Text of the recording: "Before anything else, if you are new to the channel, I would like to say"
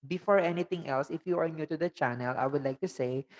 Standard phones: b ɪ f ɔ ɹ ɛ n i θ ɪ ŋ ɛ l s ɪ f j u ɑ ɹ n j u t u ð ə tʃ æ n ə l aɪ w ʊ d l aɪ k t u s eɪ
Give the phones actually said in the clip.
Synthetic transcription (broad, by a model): b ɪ f ɔ ɹ ɛ n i t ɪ ŋ ɛ l s ɪ f j u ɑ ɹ n j u t u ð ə tʃ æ n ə l aɪ w ʊ d l aɪ k t u s eɪ